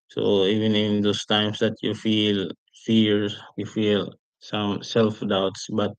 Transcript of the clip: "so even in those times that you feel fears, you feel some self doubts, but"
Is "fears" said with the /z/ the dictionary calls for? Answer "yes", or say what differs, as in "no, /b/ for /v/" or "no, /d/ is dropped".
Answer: no, /z/ is dropped